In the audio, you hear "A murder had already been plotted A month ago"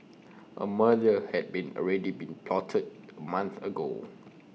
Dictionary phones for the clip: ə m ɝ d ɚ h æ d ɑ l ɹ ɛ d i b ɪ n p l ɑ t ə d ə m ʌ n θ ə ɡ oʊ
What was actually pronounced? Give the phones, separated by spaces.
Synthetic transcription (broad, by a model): ə m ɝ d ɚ h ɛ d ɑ n ɹ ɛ d i b ɪ n p l ɑ t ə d ə m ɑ n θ ə ɡ oʊ